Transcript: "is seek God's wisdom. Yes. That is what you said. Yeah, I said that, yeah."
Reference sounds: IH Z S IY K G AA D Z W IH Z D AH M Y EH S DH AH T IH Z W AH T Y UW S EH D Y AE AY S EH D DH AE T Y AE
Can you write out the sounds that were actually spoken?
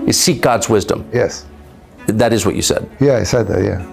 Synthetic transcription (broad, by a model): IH S IY K G AA D Z W IH Z D AH M Y EH S DH AH T IH Z W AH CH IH S EH D Y AE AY S EH D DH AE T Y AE